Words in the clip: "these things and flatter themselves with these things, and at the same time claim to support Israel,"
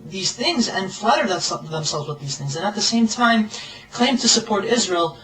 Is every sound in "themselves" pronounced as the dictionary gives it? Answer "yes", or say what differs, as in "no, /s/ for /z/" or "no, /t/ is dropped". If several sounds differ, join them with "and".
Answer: yes